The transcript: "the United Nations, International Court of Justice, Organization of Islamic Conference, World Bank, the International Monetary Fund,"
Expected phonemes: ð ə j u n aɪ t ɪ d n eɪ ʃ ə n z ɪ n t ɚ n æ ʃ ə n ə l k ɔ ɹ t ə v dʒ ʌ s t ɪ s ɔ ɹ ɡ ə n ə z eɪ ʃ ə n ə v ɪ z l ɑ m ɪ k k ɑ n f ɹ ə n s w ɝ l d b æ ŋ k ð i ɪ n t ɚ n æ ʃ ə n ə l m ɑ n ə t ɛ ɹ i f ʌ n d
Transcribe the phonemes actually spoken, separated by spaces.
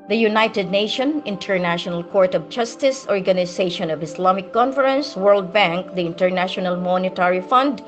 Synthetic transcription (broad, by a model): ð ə j u n aɪ t ɪ d n eɪ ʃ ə n ɪ n t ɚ n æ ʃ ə n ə l k ɔ ɹ t ə v dʒ ʌ s t ɪ s ɔ ɹ ɡ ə n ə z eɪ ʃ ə n ə v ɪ s l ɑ m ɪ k k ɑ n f ɹ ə n s w ɝ l d b æ ŋ k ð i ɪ n t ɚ n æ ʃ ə n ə l m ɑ n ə t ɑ ɹ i f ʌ n d